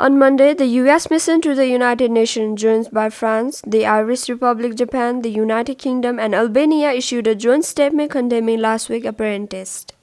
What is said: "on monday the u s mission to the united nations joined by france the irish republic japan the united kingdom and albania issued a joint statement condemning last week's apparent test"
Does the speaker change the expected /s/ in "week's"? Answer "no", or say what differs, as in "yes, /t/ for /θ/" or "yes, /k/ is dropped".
yes, /s/ is dropped